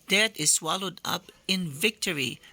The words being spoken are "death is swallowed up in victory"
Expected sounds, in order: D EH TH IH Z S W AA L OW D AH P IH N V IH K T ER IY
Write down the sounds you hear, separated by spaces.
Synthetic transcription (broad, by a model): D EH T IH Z S W AA L OW D AH P IH N V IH K T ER IY